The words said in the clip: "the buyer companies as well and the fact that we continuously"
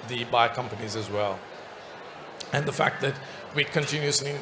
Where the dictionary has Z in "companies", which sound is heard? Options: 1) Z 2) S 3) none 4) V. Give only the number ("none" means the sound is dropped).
1